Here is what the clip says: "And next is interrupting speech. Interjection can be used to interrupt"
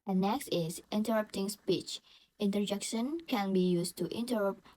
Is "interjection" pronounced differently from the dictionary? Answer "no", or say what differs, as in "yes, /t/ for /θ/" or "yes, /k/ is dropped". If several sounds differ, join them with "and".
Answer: no